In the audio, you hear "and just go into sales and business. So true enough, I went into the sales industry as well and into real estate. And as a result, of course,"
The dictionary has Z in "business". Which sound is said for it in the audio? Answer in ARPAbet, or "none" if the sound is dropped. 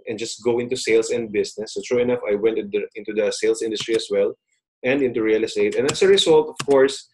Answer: S